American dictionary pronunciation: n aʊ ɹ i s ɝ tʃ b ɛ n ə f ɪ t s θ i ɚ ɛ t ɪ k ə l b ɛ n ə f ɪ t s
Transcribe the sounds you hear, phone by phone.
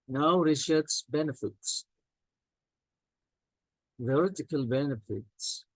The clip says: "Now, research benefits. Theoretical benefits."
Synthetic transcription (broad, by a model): n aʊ ɹ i ʃ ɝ s b ɛ n ə f ɪ t s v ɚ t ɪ k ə l b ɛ n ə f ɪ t s